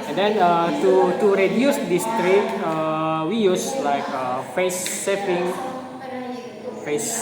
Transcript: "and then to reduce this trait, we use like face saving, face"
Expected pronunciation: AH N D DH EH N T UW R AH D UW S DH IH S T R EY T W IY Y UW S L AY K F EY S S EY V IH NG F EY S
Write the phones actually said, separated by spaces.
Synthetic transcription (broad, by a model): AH N D EH N T UW R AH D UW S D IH S T R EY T W IY Y UW S L AY K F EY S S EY P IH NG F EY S